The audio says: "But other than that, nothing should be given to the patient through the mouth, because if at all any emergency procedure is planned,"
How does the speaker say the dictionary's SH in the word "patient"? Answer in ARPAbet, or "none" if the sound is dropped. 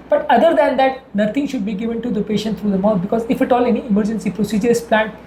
SH